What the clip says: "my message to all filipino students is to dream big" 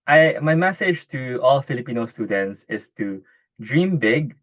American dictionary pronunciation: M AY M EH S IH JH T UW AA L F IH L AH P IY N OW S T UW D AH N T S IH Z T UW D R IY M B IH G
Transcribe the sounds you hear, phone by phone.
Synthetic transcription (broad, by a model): M AY M EH S IH JH T UW AA L F IH L AH P IY N OW S T UW D AH N T S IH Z T UW D R IY M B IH G